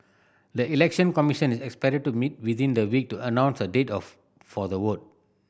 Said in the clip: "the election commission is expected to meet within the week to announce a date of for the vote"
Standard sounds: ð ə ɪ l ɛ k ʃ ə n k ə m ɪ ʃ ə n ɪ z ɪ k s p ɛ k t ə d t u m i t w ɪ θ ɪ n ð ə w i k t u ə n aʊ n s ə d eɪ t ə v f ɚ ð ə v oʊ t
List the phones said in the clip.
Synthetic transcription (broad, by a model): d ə ɪ l ɛ k ʃ ə n k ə m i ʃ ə n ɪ s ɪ k s p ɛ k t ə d t u m i t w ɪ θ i n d ə w i k t u ə n aʊ n s ə d eɪ t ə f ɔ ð ə w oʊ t